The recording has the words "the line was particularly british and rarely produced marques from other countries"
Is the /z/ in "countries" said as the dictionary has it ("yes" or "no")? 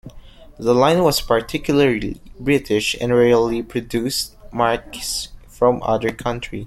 no